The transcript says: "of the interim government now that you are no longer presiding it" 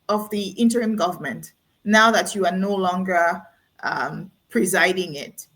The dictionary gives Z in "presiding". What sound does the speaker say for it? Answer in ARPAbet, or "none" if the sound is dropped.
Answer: Z